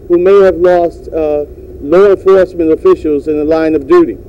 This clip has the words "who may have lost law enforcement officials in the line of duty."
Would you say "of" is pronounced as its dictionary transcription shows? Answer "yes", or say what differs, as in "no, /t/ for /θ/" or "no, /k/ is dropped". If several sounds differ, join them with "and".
yes